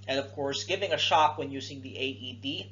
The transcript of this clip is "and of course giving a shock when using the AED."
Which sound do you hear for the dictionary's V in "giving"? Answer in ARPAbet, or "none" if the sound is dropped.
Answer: V